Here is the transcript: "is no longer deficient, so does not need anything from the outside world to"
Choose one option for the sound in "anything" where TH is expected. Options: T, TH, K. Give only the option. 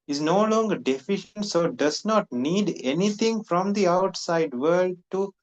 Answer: T